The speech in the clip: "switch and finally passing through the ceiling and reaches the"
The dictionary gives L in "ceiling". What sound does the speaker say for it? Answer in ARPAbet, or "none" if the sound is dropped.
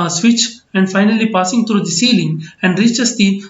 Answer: L